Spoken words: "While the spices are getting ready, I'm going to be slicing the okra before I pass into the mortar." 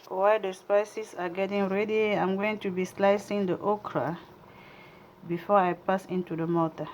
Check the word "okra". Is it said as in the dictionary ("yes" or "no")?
yes